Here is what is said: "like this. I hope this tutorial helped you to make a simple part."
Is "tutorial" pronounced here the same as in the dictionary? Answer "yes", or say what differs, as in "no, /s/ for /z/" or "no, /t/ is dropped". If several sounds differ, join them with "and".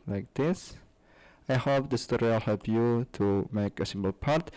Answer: no, /w/ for /ɹ/